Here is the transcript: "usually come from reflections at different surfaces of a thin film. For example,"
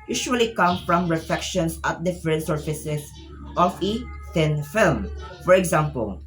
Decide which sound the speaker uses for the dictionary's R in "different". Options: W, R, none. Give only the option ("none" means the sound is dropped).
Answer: none